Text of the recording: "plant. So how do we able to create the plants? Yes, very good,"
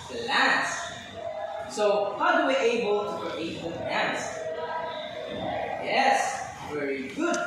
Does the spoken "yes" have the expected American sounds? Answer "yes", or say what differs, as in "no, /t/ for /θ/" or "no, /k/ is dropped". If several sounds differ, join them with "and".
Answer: yes